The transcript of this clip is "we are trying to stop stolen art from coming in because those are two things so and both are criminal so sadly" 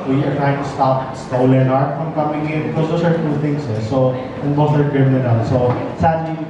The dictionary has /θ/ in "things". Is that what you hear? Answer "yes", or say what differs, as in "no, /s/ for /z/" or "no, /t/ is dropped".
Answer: no, /t/ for /θ/